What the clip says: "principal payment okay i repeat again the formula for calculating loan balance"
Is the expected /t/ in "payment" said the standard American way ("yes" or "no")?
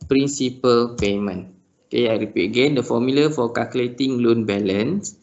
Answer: no